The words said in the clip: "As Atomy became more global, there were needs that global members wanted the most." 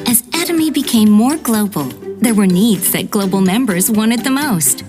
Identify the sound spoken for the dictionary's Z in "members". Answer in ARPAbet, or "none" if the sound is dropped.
Z